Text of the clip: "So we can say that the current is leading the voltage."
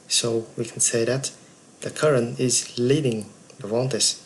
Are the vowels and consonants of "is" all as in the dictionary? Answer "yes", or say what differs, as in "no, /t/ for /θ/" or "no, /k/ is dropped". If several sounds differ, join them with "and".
yes